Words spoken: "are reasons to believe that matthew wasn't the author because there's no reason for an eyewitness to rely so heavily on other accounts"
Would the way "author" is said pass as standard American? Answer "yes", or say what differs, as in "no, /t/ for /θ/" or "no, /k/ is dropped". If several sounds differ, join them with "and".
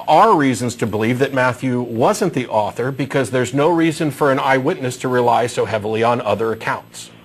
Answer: yes